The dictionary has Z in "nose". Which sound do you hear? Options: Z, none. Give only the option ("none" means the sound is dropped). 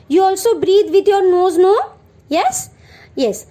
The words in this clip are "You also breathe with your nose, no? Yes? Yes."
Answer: Z